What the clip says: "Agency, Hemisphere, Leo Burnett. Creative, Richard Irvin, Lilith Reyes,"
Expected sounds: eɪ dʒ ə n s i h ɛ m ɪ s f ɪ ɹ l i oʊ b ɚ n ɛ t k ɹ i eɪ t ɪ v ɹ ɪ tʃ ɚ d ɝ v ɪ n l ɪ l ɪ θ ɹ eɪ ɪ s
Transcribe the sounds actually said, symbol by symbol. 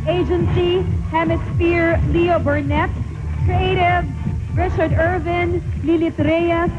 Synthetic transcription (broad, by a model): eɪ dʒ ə n s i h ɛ m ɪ s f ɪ ɹ l i oʊ b ɚ n ɛ t k ɹ i eɪ t ɪ v ɹ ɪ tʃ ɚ d ɝ v ɪ n l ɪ l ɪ t ɹ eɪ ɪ